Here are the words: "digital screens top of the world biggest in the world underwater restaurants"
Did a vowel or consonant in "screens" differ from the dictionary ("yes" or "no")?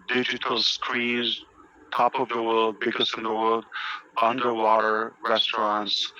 yes